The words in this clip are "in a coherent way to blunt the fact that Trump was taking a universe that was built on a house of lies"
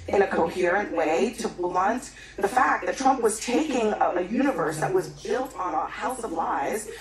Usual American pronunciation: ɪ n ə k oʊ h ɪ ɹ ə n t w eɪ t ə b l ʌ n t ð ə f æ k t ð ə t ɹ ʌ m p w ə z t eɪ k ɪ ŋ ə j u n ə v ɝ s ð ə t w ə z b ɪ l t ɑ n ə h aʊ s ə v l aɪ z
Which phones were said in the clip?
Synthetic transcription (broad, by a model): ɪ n ə k oʊ h ɪ ɹ ə n t w eɪ t ə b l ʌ n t ð ə f æ k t ð ə t ɹ ʌ m p w ə z t eɪ k ɪ ŋ ə j u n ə v ɝ s ð ə t w ə z b ɪ l t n ə h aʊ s ə v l aɪ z